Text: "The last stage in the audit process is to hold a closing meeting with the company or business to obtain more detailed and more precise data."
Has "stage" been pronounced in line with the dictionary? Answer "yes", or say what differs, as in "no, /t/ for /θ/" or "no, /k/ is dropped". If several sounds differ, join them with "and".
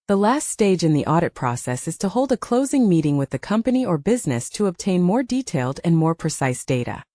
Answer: yes